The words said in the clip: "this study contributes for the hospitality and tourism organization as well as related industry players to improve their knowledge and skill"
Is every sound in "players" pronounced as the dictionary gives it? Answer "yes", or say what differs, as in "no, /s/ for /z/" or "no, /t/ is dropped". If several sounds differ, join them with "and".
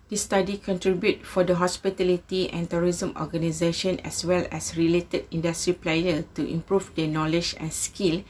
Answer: no, /z/ is dropped